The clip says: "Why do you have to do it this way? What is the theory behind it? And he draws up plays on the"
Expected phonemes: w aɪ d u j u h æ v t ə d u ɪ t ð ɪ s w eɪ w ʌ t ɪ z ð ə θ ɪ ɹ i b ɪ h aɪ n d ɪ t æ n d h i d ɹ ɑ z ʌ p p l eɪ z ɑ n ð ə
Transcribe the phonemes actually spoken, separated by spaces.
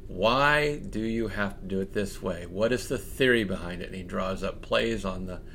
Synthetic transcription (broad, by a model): w aɪ d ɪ j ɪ h æ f t ə d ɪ ɪ t ð ɪ s w eɪ w ʌ t ɪ z ð ə θ ɪ ɹ i b ɪ h aɪ n d ɪ t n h i d ɹ ɑ z ʌ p p l eɪ z n ð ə